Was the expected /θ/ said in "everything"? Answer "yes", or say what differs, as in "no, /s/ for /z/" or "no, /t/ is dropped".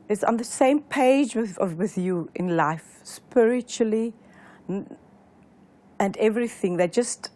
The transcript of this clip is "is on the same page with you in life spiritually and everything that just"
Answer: yes